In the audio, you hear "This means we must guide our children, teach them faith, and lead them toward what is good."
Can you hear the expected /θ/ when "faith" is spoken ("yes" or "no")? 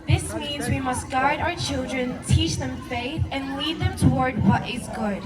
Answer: yes